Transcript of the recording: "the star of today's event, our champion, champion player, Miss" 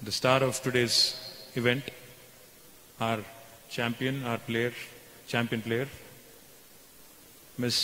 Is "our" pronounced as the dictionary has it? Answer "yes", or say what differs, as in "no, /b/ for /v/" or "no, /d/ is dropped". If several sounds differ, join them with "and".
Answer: yes